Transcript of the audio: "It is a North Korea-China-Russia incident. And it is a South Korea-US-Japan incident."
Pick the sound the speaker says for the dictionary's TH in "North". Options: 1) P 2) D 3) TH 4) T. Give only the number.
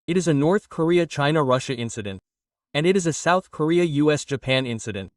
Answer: 3